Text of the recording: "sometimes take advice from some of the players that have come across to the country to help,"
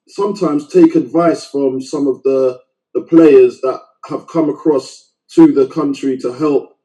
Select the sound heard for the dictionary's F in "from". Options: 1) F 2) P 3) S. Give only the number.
1